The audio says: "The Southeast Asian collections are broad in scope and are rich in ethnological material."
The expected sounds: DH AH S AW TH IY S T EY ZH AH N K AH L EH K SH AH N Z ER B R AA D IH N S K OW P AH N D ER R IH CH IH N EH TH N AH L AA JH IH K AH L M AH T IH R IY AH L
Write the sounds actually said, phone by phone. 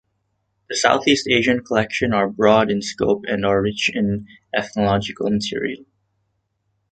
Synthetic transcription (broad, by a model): DH AH S AW TH IY S T EY ZH AH N K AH L EH K SH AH N ER B R AA D IH N S K OW P AH N D ER R IH CH IH N EH TH N AH L AA JH IH K AH L M AH T IH R IY AH L